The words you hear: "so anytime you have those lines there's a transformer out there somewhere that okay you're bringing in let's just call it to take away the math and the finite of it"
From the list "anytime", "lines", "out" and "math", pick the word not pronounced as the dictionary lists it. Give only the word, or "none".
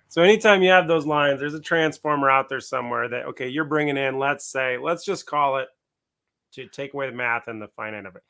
none